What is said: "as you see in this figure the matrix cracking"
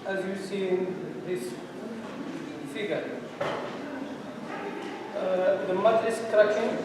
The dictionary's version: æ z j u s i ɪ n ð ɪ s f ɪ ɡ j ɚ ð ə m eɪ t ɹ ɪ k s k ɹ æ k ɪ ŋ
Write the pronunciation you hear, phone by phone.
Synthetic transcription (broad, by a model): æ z j u s i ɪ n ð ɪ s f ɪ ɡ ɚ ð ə m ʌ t ɪ s k ɹ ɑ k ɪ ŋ